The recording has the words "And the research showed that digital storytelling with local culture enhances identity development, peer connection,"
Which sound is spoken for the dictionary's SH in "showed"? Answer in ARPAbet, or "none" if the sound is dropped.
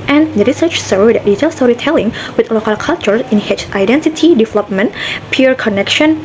S